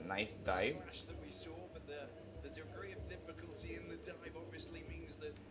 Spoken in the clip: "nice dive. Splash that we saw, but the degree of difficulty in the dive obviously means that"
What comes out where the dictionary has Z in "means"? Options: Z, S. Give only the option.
Z